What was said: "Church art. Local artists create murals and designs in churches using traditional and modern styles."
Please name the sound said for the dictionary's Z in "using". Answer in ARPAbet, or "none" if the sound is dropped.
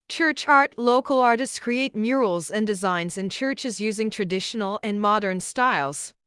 Z